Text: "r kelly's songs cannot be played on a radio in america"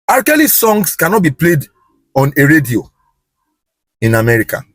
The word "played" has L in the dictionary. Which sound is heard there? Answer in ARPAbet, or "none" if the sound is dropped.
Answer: L